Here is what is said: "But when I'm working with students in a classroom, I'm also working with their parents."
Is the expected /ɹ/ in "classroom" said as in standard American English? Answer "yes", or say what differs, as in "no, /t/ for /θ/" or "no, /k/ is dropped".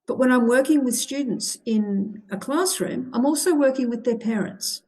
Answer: yes